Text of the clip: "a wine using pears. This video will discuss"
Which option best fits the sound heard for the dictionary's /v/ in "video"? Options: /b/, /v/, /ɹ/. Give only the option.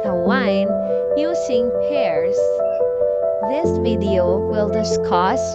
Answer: /v/